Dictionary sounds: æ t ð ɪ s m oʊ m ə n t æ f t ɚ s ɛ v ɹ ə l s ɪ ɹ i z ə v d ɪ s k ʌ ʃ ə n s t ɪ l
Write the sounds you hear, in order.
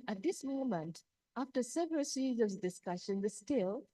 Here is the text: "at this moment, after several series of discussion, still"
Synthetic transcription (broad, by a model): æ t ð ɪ s m oʊ m ə n t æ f t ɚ s ɛ v ɹ ə l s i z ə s d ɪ s k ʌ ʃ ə n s t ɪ l